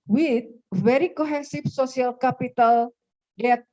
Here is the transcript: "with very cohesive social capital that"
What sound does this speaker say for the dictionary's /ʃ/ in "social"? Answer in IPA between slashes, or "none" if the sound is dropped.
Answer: /s/